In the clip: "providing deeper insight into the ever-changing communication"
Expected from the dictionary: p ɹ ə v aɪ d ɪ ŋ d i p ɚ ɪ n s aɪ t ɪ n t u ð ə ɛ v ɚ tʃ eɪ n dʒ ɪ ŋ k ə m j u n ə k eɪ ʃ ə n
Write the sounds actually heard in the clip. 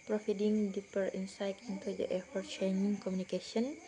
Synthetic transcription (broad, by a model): p ɹ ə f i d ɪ ŋ d i p ɚ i n s aɪ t ɪ n t u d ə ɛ f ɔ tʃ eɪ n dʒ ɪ ŋ k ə m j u n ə k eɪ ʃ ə n